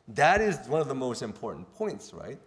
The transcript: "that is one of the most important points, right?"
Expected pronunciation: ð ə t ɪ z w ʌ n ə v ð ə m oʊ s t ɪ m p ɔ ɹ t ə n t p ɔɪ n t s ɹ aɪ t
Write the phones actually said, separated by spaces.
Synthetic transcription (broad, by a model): ð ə t ɪ z w ʌ n ə v ð ə m oʊ s t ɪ m p ɔ ɹ t n p ɔɪ n t s ɹ aɪ t